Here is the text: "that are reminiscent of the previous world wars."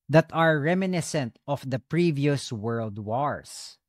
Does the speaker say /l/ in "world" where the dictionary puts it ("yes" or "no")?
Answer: yes